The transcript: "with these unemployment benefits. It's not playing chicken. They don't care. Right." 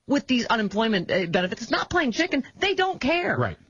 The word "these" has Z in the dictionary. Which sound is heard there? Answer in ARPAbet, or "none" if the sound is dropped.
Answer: Z